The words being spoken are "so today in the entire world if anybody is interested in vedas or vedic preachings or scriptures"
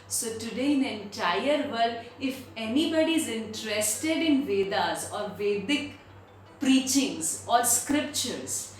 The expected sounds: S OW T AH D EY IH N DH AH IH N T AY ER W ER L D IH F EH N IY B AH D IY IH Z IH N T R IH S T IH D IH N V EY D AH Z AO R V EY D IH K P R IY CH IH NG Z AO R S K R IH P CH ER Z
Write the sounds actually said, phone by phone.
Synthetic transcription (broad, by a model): S OW T AH D EY IH N IH N T AY ER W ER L IH F EH N IY B AH D IY IH Z IH N T R IH S T IH D IH N V EY D AH Z AO R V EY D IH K P R IY CH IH NG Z AO R S K R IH P CH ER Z